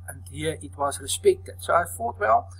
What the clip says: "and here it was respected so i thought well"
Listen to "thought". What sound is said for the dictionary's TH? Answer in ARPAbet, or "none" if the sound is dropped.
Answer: F